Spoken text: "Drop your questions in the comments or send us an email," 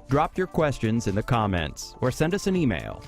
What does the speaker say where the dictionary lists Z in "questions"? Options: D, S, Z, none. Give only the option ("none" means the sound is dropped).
Z